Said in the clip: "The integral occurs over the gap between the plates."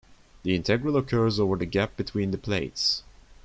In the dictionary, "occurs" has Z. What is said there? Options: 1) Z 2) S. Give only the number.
1